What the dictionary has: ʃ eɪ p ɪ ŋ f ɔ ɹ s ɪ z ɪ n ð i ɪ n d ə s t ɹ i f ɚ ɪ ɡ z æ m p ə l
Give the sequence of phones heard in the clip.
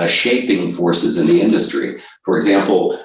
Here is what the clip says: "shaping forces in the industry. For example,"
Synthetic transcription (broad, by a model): ʃ eɪ p ɪ ŋ f ɔ ɹ s ɪ z ɪ n ð i ɪ n d ə s t ɹ i f ɚ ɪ ɡ z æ m p l